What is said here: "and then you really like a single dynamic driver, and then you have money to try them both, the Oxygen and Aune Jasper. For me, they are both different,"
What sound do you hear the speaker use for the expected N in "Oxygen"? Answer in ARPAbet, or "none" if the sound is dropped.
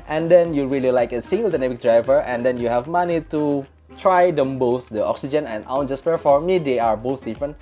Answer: N